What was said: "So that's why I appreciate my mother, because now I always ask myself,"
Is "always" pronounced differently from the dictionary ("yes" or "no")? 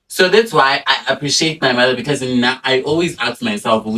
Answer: no